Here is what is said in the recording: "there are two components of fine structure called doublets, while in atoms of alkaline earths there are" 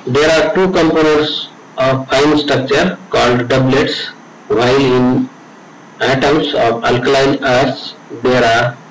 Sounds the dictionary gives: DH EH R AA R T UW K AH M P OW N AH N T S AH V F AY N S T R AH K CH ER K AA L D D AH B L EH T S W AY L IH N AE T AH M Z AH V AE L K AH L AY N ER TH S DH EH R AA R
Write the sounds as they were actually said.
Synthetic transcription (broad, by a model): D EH R AA R T UW K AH M P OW N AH T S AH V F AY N S T R AH K CH ER K AA L D D AH B L EH T S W AY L IH N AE T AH M S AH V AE L K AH L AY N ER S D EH R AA R